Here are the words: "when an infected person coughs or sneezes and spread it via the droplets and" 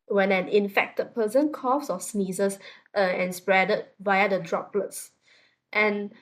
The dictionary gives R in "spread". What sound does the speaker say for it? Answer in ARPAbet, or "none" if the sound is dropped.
R